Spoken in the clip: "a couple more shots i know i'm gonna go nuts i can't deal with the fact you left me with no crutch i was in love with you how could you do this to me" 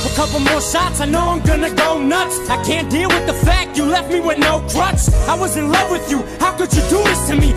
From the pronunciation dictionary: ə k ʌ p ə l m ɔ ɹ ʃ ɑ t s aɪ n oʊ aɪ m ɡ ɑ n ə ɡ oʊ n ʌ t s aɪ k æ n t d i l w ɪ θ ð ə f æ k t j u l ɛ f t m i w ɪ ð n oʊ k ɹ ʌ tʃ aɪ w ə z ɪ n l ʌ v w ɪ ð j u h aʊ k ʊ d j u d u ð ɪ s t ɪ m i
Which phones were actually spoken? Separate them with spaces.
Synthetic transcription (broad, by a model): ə k ʌ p l m ɔ ɹ s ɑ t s aɪ n oʊ aɪ m ɡ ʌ n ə ɡ oʊ n ʌ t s aɪ k æ n d i l w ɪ ð ə f æ k t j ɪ l ɛ f t m i w ɪ ð n oʊ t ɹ ʌ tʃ aɪ w ə z ɪ n l ʌ v w ɪ ð j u h aʊ k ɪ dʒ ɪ d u ð ɪ s t ɪ m i